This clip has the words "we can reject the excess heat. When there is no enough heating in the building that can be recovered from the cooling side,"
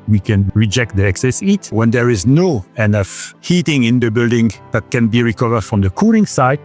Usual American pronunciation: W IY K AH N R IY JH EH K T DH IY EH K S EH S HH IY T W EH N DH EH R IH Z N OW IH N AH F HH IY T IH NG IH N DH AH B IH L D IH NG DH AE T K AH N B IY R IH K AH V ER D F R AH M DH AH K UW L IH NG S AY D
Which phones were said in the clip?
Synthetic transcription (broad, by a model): W IY K AH N R IY JH EH K T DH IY EH K S EH S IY T W EH N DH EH R IH Z N OW IH N AH F HH IY T IH NG IH N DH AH B IH L D IH NG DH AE T K AH N B IY R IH K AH V ER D F R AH M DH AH K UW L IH NG S AY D